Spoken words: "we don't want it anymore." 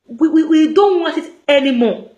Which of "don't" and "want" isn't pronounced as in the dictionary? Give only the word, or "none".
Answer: none